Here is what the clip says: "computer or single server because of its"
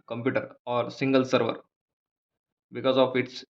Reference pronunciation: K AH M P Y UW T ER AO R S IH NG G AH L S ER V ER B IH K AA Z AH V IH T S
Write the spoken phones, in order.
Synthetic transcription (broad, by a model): K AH M P Y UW T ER AO R S IH NG G AH L S ER V ER B IH K AA Z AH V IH T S